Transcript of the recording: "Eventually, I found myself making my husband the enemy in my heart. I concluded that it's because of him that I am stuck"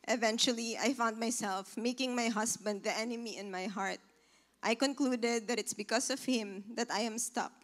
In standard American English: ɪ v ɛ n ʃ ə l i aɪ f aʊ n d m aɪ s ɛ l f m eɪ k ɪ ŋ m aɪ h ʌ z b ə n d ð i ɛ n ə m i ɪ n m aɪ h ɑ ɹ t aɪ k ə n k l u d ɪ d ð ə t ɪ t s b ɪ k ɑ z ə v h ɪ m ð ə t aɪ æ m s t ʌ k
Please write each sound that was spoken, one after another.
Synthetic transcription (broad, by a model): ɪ v ɛ n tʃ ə l i aɪ f aʊ n d m aɪ s ɛ l f m eɪ k ɪ ŋ m aɪ h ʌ s b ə n d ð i ɛ n ə m i ɪ n m aɪ h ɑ ɹ t aɪ k ə n k l u d ɪ d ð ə t ɪ t s b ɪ k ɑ s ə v h ɪ m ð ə t aɪ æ m s t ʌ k